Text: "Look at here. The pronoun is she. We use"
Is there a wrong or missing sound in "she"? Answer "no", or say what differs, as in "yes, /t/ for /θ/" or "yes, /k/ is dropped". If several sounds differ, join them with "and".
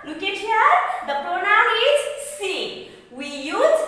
yes, /s/ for /ʃ/